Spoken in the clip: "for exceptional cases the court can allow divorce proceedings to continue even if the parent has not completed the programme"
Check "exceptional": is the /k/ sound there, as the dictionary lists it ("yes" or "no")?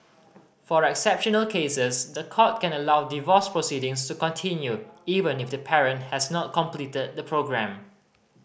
yes